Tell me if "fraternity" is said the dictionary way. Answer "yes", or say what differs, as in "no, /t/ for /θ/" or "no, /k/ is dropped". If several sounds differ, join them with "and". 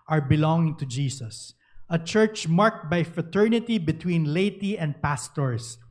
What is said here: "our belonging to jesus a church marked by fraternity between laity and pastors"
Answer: yes